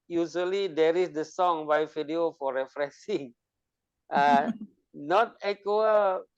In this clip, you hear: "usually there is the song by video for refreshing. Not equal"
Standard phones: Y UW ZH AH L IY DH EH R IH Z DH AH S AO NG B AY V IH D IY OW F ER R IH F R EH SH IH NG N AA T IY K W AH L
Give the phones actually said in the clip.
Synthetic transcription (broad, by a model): Y UW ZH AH L IY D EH R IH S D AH S AO NG B AY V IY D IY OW F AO R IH F R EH S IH NG N AA T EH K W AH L